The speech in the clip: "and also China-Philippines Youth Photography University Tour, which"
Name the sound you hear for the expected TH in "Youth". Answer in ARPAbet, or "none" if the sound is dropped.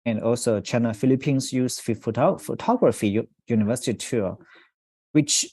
F